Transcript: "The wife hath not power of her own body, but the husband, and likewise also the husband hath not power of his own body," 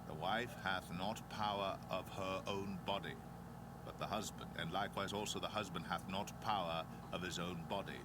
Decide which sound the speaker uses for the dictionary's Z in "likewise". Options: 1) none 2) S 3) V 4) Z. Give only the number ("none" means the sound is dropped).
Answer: 4